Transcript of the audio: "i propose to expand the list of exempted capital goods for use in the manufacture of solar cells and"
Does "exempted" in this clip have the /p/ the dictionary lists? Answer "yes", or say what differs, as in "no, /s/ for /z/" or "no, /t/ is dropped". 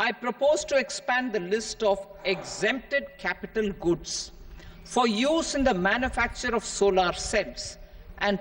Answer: yes